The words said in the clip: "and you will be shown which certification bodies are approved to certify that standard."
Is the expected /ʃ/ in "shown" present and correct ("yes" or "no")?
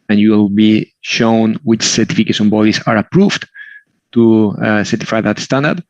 yes